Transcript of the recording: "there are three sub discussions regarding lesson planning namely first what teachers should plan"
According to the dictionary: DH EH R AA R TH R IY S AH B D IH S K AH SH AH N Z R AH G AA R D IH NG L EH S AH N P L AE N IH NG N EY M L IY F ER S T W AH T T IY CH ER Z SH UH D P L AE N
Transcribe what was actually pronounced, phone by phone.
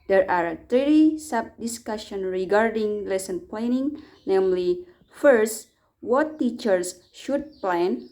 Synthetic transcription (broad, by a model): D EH R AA R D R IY S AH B D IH S K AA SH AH N R AH G AA R D IH NG L EH S AH N P L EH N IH NG N EY M L IY F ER S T W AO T T IY CH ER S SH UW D P L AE N